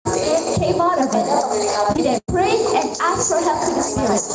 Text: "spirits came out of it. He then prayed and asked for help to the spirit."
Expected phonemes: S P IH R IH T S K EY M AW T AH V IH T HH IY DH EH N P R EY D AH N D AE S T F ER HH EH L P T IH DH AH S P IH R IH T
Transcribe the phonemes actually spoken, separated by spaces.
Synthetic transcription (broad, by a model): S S K EY M AW T AH V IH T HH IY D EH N P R EY AH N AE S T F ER HH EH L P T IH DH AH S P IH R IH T